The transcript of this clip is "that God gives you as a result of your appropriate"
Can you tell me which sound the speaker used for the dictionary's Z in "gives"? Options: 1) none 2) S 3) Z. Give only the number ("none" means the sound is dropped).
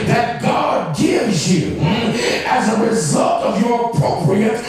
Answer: 3